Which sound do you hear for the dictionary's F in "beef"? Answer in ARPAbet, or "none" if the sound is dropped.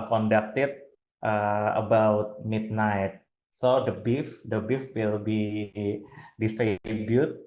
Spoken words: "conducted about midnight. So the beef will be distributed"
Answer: F